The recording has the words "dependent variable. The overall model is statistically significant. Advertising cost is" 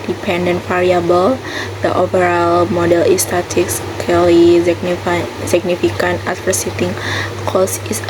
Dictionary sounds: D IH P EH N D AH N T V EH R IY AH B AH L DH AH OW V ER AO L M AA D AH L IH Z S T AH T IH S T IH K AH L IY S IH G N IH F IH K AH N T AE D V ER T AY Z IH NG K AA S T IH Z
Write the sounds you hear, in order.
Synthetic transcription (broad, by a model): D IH P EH N D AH N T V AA R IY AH B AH L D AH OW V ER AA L M AA D AH L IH S T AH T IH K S K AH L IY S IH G N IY F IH K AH N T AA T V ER S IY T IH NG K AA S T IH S